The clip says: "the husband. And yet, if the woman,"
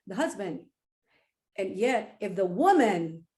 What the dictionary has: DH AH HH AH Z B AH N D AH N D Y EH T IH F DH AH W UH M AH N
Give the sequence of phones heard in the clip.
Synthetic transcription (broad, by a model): DH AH HH AH Z B AH N D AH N Y EH T IH F DH AH W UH M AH N